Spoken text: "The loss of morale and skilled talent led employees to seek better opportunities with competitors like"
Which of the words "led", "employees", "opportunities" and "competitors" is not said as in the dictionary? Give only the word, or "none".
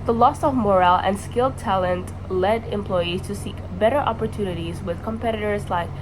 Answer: none